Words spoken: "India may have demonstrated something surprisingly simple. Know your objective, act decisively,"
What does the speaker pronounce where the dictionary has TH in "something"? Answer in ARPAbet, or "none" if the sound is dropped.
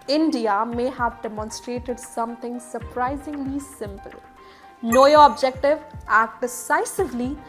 T